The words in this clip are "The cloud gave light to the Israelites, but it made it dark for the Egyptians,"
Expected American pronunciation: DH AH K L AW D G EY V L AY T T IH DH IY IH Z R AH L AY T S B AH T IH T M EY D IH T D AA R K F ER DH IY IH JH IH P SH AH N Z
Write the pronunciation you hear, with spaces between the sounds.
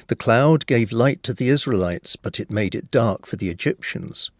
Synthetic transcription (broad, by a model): DH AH K L AW D G EY V L AY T T IH DH IY IH Z R AH L AY T S B AH T IH T M EY D IH T D AA R K F ER DH IY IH JH IH P SH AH N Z